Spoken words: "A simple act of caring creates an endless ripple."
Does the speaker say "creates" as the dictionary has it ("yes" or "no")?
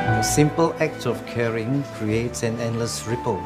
yes